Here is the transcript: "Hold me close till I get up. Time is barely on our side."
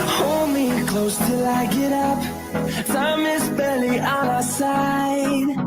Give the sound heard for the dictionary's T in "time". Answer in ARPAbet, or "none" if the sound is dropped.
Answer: S